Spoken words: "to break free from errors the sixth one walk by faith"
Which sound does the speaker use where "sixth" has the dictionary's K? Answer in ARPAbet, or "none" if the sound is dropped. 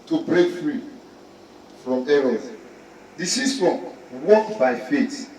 none